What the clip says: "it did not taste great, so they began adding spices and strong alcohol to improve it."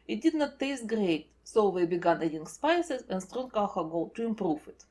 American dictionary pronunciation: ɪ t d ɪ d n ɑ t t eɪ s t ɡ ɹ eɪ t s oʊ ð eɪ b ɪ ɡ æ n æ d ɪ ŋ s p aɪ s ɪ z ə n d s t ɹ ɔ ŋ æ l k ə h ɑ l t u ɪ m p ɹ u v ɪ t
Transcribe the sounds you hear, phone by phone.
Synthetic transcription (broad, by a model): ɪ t d ɪ d n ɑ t t eɪ s t ɡ ɹ eɪ t s oʊ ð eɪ b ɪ ɡ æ n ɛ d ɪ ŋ s p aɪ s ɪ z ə n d s t ɹ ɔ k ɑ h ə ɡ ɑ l t u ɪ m p ɹ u f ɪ t